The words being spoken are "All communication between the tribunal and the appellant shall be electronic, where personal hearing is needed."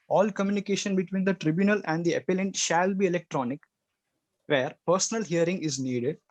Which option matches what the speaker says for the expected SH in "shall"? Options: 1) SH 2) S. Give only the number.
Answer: 1